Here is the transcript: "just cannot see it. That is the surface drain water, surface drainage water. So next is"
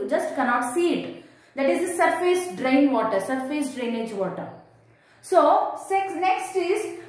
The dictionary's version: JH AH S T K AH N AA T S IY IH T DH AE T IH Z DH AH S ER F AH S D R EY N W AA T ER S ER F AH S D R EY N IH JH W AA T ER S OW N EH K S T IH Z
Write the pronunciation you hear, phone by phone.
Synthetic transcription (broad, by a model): JH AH S T K AH N AA T S IY IH T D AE T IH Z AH S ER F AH S D R EY N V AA T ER S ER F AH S D R EY N IH JH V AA T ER S OW N EH K S T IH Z